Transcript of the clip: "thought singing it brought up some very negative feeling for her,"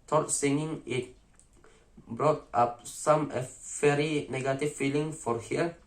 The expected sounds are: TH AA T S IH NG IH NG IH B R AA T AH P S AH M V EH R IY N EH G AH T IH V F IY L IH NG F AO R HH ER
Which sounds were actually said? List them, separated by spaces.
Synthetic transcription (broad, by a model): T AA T S IH NG IH NG IH B R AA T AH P S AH M F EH R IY N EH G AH T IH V F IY L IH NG F AO R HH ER